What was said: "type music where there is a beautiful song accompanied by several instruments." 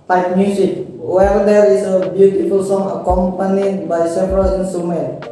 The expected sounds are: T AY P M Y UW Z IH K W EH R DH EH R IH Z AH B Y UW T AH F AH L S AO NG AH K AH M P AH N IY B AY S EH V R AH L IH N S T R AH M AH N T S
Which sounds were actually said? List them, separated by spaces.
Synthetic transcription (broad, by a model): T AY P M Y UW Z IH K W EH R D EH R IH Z AH B Y UW T AH F AH L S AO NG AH K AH M P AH N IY B AY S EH P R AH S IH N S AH M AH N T